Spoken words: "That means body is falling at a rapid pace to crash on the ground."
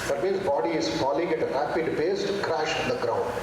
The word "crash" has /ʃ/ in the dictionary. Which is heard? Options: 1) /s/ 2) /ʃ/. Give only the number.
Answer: 2